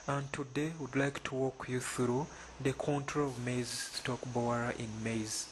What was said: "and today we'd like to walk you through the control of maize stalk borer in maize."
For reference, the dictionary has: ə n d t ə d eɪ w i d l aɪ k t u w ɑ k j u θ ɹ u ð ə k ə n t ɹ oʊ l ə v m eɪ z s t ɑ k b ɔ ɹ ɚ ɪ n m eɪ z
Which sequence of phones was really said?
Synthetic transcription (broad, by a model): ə n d t ə d eɪ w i d l aɪ k t u w ɑ k j u θ ɹ u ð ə k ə n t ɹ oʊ ə v m eɪ z s t ɑ k b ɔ ɹ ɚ ɪ n m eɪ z